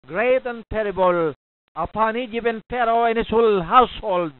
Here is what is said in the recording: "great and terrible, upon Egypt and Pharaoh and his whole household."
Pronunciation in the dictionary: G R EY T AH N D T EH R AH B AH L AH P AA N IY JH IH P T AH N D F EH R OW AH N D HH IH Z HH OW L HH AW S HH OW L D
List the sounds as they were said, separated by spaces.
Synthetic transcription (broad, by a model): G R EY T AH N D T EH R AH B AH L AH P AA N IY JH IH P AH N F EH R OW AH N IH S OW L HH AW S HH OW L D